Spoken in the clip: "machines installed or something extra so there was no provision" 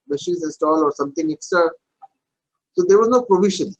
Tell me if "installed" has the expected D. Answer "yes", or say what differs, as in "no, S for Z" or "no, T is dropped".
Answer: no, D is dropped